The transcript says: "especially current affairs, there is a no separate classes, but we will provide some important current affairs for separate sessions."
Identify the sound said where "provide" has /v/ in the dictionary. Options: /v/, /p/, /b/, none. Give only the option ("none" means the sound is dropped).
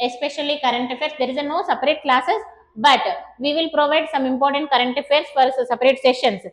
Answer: /v/